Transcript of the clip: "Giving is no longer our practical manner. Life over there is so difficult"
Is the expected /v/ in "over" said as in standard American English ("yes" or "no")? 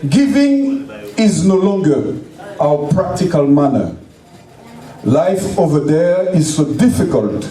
yes